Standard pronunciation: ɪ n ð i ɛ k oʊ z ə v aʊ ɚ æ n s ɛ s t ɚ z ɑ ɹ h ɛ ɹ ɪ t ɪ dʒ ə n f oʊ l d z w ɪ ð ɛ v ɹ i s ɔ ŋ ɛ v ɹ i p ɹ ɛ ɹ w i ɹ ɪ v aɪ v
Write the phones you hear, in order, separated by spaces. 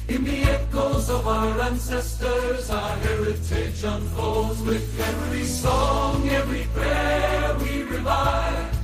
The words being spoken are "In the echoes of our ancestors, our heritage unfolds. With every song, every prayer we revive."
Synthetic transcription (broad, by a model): ɪ n ð i ɛ k oʊ z ə v aʊ ɚ æ n s ɛ s t ɚ z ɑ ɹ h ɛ ɹ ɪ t ɪ ʃ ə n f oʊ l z w ɪ ð ɛ v ɹ i s ɔ ŋ ɛ v ɹ i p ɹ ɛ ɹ w i ɹ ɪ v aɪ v